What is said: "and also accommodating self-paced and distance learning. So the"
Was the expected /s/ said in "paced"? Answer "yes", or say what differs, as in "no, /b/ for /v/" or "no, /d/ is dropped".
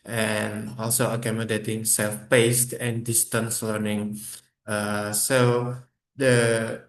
yes